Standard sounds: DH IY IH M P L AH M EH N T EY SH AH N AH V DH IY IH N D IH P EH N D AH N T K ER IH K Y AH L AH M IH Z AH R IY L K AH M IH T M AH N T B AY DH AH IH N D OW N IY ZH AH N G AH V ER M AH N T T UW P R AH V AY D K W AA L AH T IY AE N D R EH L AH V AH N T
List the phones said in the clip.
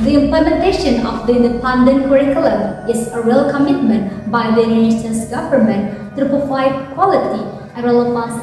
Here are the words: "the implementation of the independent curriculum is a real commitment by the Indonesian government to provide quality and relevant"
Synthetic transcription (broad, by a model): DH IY IH M P L AH M EH N T EY SH AH N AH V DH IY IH N D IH P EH N D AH N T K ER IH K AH L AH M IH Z AH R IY L K AH M IH T M AH N T B AY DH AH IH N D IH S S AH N G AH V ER M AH N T T UW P AH F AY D K W AA L AH T IY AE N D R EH L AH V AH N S